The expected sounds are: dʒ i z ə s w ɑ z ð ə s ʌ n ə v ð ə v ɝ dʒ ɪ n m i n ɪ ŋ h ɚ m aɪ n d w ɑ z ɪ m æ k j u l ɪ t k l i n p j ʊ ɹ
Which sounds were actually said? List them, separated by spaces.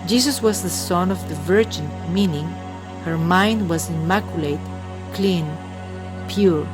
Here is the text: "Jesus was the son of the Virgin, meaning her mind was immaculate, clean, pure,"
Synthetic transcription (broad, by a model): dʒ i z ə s w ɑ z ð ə s ʌ n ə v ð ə v ɝ dʒ ɪ n m i n ɪ ŋ h ɚ m aɪ n d w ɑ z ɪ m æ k j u l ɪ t k l i n p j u ɹ